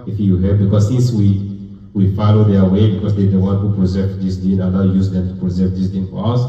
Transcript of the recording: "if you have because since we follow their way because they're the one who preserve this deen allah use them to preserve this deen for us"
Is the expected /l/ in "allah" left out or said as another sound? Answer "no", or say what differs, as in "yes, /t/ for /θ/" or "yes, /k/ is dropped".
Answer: yes, /n/ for /l/